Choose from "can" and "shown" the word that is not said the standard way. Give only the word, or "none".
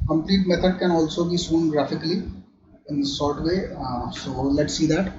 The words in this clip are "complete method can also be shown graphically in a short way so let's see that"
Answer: shown